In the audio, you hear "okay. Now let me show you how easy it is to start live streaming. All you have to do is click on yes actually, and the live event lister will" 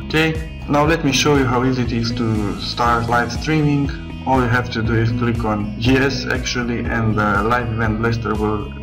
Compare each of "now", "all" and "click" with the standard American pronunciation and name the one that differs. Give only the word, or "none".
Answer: none